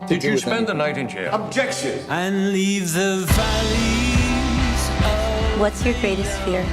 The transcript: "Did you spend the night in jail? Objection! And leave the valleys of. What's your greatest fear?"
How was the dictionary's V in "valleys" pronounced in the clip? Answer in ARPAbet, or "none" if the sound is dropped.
V